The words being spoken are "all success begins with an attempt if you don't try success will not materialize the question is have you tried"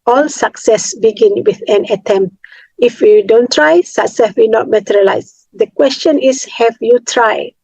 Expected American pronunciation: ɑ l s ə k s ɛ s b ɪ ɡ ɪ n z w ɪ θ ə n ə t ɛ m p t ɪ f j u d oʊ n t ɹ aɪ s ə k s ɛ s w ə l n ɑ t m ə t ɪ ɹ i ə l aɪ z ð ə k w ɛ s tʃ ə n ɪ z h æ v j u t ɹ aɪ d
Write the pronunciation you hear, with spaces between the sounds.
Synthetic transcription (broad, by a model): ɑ l s ə k s ɛ s b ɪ ɡ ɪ n w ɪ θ ə n ə t ɛ m p t ɪ f j u d oʊ n t ɹ aɪ s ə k s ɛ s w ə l n ɑ t m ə t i ɹ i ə l aɪ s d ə k w ɛ s tʃ ə n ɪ s h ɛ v j u t ɹ aɪ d